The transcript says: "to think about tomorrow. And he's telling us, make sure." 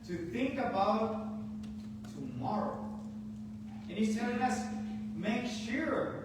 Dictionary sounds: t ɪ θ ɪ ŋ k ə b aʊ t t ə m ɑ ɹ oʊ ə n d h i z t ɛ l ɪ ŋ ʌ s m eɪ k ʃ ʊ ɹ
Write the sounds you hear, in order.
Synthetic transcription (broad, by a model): t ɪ θ ɪ ŋ k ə b aʊ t t ə m ɑ ɹ oʊ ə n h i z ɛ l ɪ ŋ ʌ s m eɪ k ʃ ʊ ɹ